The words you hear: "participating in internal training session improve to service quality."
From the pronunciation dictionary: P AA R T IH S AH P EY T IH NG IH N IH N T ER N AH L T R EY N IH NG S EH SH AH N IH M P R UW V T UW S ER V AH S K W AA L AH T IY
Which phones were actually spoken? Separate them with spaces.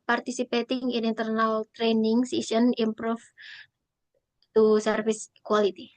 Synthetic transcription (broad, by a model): P AA R T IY S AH P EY T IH NG IH N IH N T ER N AH L T R EY N IH NG S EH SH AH N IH M P R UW F T UW S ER F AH S K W AA L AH T IY